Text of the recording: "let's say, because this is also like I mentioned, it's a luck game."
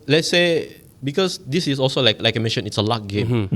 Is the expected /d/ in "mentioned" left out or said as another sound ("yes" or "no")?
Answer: yes